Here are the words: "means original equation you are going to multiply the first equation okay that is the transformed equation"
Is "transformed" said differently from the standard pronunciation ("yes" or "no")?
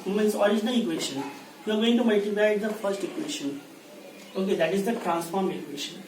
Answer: yes